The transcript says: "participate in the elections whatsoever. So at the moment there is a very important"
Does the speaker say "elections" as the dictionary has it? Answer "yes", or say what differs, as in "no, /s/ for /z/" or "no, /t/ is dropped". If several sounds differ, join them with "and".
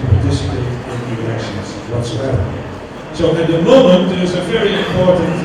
no, /l/ is dropped